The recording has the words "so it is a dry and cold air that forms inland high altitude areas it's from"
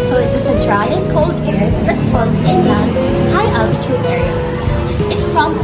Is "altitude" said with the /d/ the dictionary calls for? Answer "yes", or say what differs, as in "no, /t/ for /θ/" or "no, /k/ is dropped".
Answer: no, /d/ is dropped